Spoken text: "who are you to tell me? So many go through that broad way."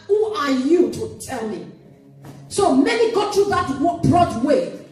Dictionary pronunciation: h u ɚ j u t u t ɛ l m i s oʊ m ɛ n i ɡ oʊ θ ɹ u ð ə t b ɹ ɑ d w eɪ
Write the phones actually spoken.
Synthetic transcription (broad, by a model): h u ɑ j u t u t ɛ l m i s oʊ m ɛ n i ɡ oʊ t ɹ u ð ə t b ɹ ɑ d w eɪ